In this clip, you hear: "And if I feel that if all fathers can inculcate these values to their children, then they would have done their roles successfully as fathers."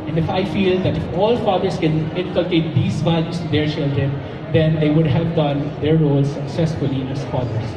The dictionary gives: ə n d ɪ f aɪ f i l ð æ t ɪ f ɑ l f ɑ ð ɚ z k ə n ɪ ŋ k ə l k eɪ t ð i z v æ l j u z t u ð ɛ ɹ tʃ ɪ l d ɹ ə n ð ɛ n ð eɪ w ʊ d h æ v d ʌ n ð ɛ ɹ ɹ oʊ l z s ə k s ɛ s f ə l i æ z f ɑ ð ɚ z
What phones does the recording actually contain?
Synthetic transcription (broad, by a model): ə n d ɪ f aɪ f i l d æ t ɪ f ɑ l f ɑ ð ɚ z k ə n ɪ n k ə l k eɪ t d i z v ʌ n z t u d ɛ ɹ tʃ ɪ l d ɹ ə n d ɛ n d eɪ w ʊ d h æ v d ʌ n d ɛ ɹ ɹ oʊ l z s ə k s ɛ s f ə l i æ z f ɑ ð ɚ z